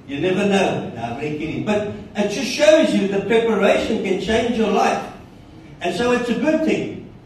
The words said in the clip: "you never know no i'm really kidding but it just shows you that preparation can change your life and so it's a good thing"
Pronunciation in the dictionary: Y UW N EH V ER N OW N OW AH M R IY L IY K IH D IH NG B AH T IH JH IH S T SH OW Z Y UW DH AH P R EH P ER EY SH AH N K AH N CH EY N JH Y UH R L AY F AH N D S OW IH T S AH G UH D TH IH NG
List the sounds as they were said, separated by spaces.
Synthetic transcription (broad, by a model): Y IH N EH V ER N OW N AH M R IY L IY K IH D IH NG B AH T IH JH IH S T SH OW Z Y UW DH AH P R EH P ER EY SH AH N K AH N CH EY N JH Y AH R L AY F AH N S OW IH T S AH G UH D TH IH NG